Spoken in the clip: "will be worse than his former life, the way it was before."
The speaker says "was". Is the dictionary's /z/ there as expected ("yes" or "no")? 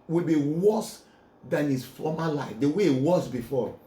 no